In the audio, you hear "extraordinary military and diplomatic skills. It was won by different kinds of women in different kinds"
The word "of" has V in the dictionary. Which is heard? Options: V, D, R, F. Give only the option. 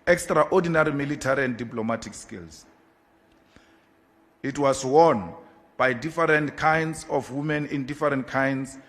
F